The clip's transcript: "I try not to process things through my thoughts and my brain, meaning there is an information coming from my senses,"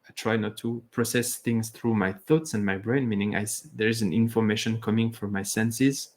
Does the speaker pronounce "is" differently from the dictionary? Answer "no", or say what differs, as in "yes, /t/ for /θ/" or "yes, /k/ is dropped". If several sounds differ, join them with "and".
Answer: no